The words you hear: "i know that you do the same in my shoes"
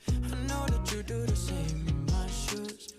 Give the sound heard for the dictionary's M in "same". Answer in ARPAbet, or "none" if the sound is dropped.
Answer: none